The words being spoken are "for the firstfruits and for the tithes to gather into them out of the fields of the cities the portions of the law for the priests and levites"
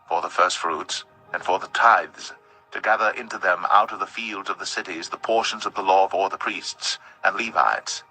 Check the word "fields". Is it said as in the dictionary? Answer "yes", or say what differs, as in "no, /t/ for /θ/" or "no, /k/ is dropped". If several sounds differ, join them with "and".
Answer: yes